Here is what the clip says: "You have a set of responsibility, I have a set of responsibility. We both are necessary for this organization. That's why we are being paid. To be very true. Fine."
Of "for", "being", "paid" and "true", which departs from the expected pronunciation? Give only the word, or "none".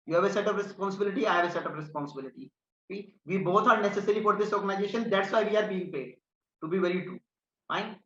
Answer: true